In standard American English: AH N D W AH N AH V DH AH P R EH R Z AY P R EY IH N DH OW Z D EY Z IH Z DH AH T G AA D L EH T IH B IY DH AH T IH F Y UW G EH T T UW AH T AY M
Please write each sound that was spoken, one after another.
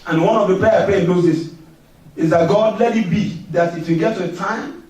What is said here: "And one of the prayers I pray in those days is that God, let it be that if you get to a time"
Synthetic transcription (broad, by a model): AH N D W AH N AH V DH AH P R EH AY P R EY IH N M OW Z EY S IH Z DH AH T G AA D L EH T IH B IY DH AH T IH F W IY G EH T T UW AH T AY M